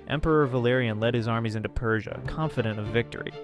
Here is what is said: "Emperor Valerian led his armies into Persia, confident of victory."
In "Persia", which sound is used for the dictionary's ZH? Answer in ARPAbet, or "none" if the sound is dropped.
ZH